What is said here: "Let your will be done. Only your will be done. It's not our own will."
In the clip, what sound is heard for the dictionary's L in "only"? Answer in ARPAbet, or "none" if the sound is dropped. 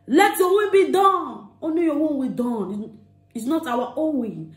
none